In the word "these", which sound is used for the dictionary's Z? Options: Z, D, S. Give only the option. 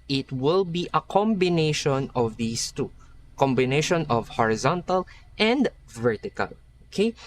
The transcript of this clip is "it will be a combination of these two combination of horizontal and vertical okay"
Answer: S